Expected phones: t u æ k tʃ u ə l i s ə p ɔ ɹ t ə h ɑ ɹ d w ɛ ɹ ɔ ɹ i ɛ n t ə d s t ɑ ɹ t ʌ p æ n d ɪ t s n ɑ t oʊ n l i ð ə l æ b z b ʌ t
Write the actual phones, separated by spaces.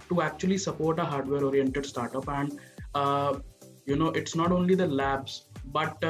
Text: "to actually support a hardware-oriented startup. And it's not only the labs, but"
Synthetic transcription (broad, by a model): t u æ k tʃ u ə l i s ə p ɔ ɹ t ə h ɑ ɹ d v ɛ ɹ ɔ ɹ i ɛ n t ə d s t ɑ ɹ t ʌ p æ n d ɪ t s n ɑ t oʊ n l i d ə l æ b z b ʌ t